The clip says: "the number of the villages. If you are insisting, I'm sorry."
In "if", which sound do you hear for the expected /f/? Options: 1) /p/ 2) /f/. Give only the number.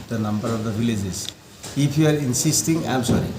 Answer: 1